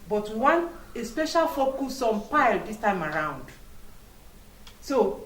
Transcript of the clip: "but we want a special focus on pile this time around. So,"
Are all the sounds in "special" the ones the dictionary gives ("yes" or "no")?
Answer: yes